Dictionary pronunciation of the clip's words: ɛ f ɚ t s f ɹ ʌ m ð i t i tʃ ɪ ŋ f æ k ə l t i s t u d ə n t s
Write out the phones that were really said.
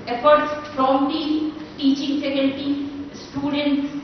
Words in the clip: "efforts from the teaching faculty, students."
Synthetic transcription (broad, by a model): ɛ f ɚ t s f ɹ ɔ m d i t i tʃ ɪ ŋ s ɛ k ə n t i s t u d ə n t s